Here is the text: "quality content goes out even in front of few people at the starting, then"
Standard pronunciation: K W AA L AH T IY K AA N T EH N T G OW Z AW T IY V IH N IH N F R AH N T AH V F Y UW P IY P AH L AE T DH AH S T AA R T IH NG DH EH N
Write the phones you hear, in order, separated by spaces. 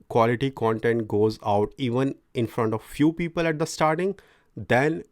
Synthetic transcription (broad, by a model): K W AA L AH T IY K AA N T EH N T G OW Z AW T IY V IH N IH N F R AH N T AH V F Y UW P IY P AH L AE T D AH S T AA R T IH NG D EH N